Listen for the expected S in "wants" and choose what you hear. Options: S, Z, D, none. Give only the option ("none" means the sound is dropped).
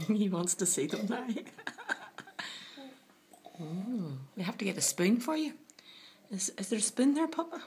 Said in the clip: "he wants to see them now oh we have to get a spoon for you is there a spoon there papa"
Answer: S